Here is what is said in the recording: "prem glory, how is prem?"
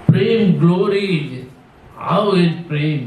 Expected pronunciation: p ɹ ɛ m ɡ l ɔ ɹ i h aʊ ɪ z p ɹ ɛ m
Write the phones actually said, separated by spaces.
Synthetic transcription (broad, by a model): p ɹ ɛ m ɡ l ɔ ɹ i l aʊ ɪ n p ɹ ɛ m